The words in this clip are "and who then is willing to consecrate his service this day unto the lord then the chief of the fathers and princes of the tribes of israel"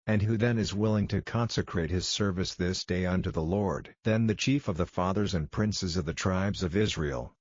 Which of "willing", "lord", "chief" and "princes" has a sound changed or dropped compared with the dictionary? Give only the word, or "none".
none